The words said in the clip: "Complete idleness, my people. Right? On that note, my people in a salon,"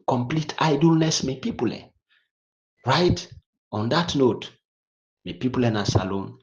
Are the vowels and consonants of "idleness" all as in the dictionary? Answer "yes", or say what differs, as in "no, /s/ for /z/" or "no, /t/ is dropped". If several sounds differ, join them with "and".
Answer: yes